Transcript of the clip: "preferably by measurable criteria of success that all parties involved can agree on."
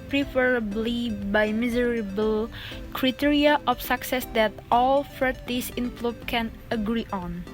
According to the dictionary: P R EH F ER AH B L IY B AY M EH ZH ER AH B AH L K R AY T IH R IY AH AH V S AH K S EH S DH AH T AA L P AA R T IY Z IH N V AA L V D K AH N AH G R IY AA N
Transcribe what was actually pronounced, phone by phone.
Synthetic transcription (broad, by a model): P R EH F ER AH B L IY B AY M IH Z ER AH B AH L K R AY T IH R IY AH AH F S AH K S EH S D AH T AA L F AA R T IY S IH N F L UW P K AH N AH G R IY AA N